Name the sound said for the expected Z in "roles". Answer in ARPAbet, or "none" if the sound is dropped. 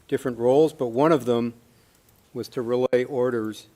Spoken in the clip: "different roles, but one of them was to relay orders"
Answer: Z